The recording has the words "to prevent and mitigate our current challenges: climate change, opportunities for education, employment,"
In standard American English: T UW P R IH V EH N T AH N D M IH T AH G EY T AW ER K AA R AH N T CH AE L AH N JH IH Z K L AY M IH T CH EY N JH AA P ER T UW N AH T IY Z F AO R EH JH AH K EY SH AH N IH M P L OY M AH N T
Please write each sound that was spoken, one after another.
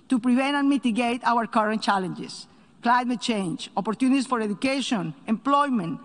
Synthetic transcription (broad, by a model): T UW P R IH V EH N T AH N M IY T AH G EY T AW ER K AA R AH N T CH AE L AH N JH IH S K L AY M IH T CH EY N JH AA P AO T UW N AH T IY S F AO R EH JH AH K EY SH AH N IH M P L OY M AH N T